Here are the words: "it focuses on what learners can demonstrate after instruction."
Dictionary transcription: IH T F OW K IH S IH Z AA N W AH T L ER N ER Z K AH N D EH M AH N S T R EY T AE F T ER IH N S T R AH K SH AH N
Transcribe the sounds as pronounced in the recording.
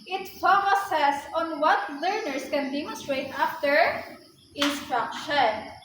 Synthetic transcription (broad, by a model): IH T P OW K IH S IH S AA N W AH T L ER N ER S K AH N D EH M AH N S T R EY T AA F T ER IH N S T R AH K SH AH N